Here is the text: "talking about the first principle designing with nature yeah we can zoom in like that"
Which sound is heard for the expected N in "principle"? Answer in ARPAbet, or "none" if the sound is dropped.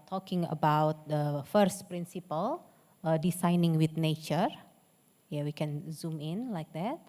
N